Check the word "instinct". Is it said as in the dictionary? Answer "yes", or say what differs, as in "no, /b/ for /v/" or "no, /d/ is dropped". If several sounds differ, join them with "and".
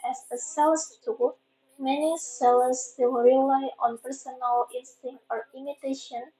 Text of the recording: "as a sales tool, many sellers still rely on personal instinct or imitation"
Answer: no, /k/ is dropped